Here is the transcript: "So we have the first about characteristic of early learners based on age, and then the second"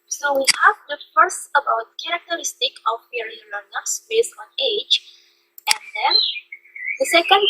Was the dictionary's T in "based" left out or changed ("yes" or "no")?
yes